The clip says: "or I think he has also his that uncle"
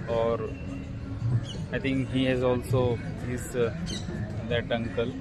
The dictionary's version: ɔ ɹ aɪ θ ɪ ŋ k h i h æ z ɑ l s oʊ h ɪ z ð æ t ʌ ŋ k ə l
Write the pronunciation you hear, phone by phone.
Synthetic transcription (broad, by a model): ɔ ɹ aɪ t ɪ ŋ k h i h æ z ɑ l s oʊ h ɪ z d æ t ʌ ŋ k ə l